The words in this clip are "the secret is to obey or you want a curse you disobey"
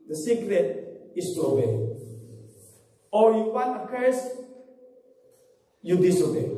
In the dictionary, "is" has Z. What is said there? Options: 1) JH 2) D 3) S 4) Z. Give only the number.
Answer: 3